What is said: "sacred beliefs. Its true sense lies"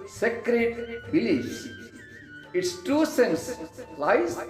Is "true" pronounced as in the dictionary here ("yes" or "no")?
no